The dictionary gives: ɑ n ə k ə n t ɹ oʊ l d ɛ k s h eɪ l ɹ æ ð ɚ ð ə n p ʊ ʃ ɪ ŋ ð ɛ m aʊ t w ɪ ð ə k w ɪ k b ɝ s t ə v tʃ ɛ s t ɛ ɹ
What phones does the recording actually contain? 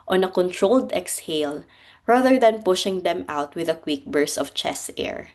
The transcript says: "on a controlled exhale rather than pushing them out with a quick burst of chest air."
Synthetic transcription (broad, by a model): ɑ n ə k ə n t ɹ oʊ l d ɛ k s h eɪ l ɹ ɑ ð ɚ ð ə n p ʊ ʃ ɪ ŋ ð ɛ m aʊ t w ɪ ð ə k w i k b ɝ s ə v tʃ ɛ s ɛ ɹ